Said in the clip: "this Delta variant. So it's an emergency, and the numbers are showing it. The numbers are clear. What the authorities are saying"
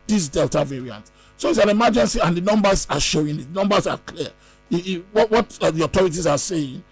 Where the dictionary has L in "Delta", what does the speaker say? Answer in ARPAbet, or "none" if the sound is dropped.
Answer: L